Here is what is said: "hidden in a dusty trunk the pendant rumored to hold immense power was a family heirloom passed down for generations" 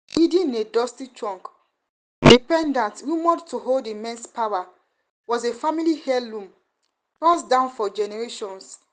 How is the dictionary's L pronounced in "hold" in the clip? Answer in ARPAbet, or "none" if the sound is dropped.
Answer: L